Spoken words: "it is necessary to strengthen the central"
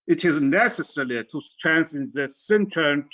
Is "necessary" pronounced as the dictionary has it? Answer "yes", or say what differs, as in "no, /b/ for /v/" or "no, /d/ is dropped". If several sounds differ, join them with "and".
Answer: no, /l/ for /ɹ/